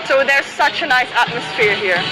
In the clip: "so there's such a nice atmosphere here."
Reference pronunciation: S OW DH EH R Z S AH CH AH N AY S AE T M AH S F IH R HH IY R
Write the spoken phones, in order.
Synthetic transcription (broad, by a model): S OW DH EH R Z S AH CH AH N AY S AE T M AH S F IH R HH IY R